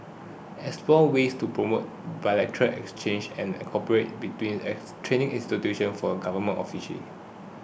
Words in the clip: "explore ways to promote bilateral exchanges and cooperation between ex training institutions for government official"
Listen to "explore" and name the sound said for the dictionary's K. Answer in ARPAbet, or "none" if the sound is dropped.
none